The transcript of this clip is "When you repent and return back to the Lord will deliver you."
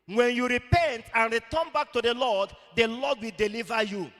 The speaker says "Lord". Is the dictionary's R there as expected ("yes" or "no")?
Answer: no